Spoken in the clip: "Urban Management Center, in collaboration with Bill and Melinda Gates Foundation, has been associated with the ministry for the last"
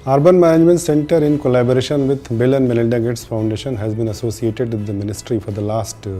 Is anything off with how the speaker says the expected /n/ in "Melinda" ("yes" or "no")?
yes